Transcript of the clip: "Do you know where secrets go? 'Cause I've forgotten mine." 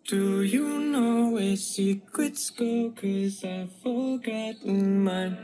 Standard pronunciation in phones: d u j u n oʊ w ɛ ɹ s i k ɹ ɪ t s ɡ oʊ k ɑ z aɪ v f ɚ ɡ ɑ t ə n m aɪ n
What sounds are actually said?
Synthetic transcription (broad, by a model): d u j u n oʊ w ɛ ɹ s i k ɪ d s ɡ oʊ k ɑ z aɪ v f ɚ ɡ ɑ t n m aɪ